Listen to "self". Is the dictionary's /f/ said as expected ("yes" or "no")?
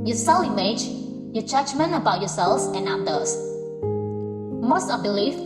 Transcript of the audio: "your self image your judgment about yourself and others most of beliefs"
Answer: no